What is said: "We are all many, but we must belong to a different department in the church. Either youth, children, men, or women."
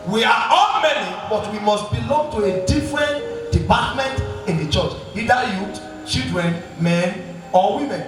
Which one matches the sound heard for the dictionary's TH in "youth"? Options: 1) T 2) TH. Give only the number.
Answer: 1